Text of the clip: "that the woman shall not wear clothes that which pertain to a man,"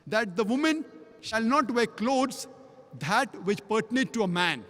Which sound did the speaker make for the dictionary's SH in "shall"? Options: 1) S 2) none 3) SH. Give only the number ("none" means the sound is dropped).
3